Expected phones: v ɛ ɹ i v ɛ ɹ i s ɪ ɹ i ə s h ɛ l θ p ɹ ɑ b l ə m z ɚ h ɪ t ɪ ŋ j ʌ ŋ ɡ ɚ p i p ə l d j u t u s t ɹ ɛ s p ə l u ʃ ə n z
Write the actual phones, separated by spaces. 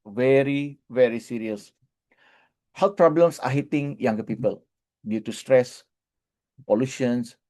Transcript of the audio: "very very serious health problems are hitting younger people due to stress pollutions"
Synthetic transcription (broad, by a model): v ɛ ɹ i v ɛ ɹ i s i ɹ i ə s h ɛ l t p ɹ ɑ b l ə m s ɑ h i t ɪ ŋ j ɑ ŋ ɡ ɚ p i p ə l d j u t u s t ɹ ɛ s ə l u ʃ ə n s